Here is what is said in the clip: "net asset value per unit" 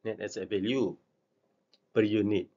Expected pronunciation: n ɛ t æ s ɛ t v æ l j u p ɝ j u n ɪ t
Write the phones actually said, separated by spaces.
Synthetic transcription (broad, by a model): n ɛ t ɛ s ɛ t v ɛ l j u b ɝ j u n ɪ t